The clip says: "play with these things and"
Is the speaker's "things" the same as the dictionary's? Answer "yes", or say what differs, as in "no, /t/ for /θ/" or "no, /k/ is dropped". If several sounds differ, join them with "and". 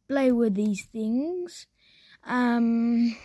yes